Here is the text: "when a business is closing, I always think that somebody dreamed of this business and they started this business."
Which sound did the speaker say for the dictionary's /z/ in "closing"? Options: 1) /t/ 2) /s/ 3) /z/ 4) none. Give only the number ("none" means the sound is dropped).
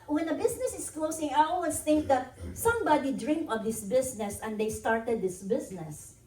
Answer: 2